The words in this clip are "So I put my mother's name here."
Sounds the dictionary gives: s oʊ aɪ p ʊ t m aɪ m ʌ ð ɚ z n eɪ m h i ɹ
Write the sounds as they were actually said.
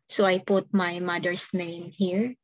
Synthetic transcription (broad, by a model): s oʊ aɪ p ʊ t m aɪ m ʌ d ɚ s n eɪ m h i ɹ